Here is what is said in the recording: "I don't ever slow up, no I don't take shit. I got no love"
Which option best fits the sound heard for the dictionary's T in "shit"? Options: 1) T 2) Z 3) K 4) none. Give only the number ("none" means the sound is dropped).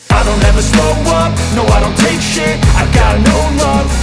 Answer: 4